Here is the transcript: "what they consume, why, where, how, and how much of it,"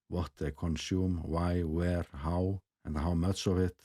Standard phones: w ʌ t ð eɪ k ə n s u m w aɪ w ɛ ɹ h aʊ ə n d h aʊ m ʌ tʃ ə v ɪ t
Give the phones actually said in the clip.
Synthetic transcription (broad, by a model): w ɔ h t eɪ k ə n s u m w aɪ w ɛ ɹ h aʊ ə n h aʊ m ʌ s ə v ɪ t